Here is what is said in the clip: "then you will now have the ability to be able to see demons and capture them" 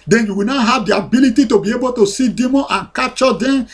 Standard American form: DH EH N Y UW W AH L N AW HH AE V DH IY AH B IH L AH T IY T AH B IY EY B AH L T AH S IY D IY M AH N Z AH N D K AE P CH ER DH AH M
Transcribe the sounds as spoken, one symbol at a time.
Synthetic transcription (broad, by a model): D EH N Y UW W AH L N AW HH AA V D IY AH B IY L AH T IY T AH B IY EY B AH T AH S IY D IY M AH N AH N K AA CH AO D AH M